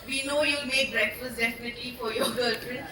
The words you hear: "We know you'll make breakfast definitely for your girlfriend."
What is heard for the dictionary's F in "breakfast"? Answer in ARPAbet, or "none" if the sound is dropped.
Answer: none